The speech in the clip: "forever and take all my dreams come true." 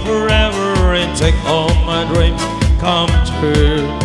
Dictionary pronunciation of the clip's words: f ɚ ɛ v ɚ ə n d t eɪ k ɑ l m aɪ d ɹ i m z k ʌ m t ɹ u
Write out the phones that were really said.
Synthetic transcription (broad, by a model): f ɚ ɛ v ɚ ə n t eɪ k ɑ l m aɪ d ɹ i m k ʌ m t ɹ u